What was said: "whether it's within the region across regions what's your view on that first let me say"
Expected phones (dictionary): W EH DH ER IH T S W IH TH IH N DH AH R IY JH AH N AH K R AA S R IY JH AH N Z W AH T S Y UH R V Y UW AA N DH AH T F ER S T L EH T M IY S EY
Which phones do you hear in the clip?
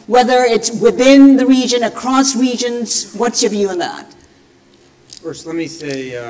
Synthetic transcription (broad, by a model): W EH DH ER IH T S W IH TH IH N DH AH R IY JH AH N AH K R AA S R IY JH AH N Z W AH T S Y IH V Y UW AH N DH AH T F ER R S L EH T M IY S EY